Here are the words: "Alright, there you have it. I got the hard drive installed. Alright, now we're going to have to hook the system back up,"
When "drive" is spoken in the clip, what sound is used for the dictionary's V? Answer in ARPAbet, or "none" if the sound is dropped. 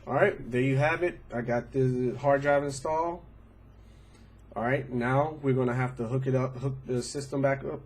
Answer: V